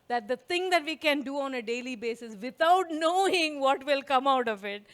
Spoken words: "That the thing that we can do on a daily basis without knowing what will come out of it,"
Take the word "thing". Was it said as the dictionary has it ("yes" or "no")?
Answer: no